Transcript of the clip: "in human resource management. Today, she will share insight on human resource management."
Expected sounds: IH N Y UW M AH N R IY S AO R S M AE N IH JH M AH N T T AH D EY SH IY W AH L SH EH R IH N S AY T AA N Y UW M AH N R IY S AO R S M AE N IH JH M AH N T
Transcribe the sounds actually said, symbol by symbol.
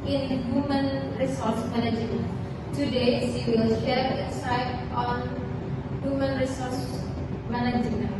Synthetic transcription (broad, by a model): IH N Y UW M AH N R IY S AO R S M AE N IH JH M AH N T T AH D EY S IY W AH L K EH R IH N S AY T AA N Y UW M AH N R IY S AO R S M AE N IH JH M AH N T